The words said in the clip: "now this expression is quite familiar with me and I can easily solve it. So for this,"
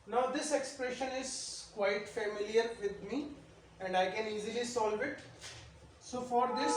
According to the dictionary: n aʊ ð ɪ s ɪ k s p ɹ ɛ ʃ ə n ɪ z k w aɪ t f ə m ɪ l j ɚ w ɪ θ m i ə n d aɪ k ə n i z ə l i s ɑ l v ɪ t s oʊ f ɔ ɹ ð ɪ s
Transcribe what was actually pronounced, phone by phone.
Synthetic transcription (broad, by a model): n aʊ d ɪ s ɪ k s p ɹ ɛ ʃ ə n ɪ z k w aɪ t f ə m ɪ l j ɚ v ɪ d m i ə n d aɪ k ə n i z ə l i s ɑ l v ɪ t s oʊ f ɔ ɹ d ɪ s